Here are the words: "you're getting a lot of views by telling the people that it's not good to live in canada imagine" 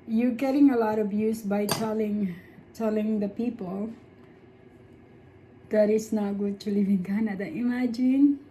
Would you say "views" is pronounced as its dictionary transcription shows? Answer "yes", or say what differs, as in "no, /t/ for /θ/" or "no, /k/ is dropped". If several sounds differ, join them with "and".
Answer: no, /s/ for /z/